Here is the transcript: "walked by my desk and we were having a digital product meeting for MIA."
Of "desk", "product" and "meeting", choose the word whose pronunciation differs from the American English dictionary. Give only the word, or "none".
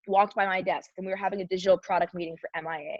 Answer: none